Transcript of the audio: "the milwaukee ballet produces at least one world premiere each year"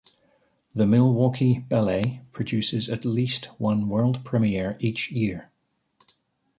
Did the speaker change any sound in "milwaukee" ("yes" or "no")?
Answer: no